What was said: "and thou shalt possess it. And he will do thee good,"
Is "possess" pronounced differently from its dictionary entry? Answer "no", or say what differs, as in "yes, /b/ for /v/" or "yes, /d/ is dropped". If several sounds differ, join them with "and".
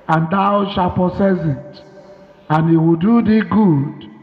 yes, /s/ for /z/